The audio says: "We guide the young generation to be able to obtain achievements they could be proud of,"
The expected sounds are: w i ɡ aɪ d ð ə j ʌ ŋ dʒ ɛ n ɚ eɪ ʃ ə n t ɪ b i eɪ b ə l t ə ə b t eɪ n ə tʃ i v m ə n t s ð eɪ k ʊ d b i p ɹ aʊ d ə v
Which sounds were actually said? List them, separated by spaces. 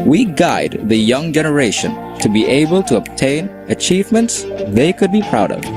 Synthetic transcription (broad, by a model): w i ɡ aɪ d ð ə j ʌ ŋ dʒ ɛ n ɚ eɪ ʃ ə n t ɪ b i eɪ b ə l t ə ə b t eɪ n ə tʃ i v m ə n t s ð eɪ k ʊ d b i p ɹ aʊ d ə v